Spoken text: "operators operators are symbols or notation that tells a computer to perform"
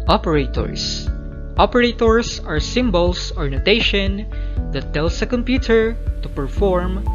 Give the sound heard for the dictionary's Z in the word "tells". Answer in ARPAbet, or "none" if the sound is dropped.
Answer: S